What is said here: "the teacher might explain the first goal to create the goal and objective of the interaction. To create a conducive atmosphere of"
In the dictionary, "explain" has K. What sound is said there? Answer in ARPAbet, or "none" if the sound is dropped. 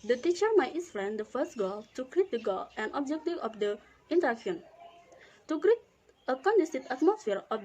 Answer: none